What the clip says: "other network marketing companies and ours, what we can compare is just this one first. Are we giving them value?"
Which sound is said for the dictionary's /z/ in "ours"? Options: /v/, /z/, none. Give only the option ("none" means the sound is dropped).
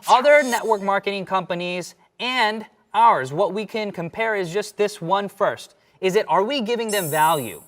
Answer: /z/